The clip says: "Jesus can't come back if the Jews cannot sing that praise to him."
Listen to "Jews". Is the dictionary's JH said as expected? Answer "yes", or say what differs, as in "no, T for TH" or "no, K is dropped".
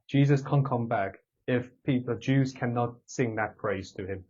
yes